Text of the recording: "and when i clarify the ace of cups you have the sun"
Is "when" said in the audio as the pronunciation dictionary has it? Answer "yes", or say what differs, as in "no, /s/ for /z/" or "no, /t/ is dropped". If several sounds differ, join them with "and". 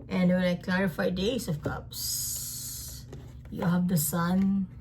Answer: no, /l/ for /n/